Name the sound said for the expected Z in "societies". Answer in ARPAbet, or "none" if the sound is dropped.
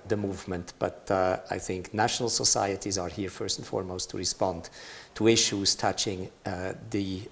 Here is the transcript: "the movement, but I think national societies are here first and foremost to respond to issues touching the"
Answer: Z